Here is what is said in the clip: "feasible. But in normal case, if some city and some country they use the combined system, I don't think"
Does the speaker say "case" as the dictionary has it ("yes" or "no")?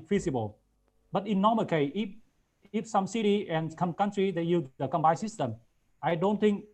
no